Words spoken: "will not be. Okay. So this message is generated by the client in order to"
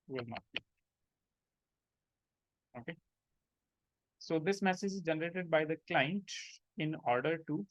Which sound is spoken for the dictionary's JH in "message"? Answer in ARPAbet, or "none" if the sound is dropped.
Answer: JH